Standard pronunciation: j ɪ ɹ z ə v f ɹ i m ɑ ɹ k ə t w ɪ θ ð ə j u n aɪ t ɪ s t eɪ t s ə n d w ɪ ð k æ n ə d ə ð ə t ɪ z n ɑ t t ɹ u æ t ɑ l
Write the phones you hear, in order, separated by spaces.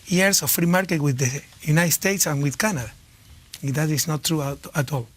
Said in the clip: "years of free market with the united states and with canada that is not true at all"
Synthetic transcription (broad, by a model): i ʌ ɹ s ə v f ɹ i m ɑ ɹ k ə t w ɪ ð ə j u n aɪ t s t eɪ t s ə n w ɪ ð k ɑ n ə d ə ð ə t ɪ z n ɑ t t ɹ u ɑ t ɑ l